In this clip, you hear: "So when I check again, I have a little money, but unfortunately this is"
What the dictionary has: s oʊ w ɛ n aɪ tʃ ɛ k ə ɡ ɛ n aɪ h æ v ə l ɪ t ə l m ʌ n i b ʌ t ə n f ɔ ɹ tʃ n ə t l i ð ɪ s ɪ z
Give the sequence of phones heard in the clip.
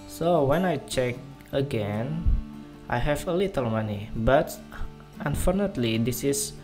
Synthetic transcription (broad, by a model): s oʊ w ɛ n aɪ tʃ ɛ k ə ɡ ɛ n aɪ h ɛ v ə l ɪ t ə l m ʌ n i b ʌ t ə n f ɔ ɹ n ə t l i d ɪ s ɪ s